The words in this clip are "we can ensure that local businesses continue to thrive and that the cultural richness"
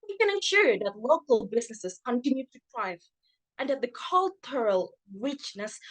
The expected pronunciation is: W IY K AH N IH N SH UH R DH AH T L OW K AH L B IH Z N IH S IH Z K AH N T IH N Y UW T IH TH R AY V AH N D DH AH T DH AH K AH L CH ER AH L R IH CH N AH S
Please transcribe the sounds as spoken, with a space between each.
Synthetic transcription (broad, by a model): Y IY K AH N IH N SH UH R DH AH T L OW K AH L B IH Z N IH S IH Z K AH N T IH N Y UW T IH T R AY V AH N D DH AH T DH AH K AH L CH ER AH L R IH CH N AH S